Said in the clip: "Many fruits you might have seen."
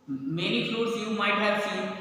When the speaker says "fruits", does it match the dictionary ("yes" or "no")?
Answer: no